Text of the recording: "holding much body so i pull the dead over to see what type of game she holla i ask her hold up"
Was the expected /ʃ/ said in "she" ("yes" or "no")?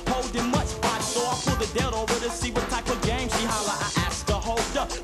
no